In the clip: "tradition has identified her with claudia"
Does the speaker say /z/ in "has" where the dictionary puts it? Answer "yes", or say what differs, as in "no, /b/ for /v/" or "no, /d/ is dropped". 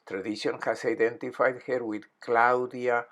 no, /s/ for /z/